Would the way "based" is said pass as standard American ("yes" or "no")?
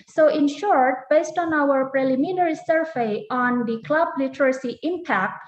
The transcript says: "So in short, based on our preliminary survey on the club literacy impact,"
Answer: yes